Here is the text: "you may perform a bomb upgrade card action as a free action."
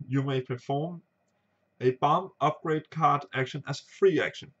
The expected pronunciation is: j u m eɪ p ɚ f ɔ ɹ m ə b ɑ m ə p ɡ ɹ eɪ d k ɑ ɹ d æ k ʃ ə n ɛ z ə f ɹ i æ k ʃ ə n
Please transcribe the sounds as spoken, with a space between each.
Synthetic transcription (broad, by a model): j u m eɪ p ɚ f ɔ ɹ m ə b ɑ m ə p ɡ ɹ eɪ d k ɑ ɹ d æ k ʃ ə n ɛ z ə f ɹ i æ k ʃ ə n